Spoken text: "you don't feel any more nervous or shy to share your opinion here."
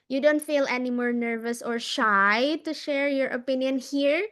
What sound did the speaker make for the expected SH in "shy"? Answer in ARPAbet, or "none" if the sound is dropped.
SH